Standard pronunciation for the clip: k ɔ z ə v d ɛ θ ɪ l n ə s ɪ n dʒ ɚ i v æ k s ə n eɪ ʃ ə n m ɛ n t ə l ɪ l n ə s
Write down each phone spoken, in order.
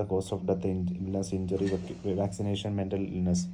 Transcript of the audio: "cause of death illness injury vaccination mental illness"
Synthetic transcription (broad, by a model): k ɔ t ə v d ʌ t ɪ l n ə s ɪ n dʒ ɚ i v æ k s ə n eɪ ʃ ə n m ɛ n t ə l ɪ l n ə s